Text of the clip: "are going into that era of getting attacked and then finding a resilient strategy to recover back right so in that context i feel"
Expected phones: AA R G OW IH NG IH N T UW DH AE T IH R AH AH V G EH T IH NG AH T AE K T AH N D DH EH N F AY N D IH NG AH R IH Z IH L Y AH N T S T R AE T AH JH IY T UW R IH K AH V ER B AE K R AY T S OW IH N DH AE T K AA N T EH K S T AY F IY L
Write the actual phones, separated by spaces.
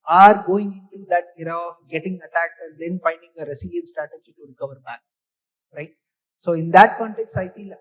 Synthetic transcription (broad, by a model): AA R G OW IH NG IH N T UW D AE T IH R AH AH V G EH T IH NG AH T AE K T AH N D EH N F AY N D IH NG AH R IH S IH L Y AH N S T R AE T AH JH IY T UW R IH K AH V ER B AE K R AY T S OW IH N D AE T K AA N T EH K S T AY F IY L